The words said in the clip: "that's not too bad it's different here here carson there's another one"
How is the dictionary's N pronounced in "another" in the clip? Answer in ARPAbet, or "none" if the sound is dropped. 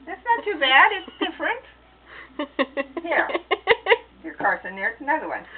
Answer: none